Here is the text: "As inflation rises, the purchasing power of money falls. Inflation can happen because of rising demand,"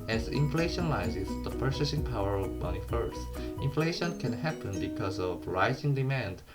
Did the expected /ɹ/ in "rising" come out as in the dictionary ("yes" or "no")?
yes